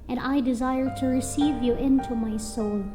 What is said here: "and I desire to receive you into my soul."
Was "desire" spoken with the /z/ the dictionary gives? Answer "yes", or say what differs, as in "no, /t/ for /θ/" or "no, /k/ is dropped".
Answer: yes